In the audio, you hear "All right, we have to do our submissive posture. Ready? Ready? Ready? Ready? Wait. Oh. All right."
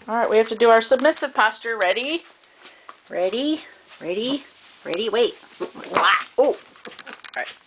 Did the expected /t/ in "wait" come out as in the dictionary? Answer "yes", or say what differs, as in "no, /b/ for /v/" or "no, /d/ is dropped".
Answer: yes